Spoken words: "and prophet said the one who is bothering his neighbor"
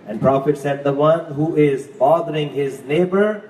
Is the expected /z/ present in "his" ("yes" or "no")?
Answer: yes